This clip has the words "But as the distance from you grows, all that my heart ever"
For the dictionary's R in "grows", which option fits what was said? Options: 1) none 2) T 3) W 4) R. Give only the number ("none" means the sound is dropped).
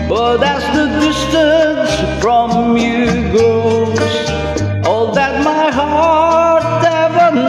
1